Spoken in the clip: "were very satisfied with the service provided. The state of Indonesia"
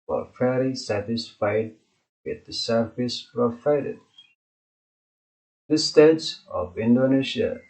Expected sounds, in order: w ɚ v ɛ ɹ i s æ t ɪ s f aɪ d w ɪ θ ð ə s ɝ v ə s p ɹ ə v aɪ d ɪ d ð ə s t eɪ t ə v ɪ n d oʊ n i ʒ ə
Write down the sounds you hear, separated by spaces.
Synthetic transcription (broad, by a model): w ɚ f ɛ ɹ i s æ t ɪ s f aɪ d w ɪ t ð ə s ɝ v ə s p ɹ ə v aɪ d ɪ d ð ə s t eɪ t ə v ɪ n d oʊ n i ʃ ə